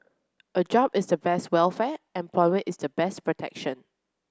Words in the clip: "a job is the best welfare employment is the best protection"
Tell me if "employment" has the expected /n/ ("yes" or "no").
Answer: no